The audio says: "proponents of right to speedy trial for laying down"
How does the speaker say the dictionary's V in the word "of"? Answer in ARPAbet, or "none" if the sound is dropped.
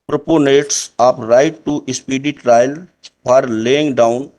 P